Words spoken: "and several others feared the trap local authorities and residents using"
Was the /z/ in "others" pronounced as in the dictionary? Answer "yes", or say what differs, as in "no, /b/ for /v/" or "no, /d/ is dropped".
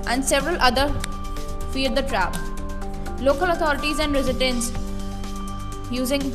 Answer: no, /z/ is dropped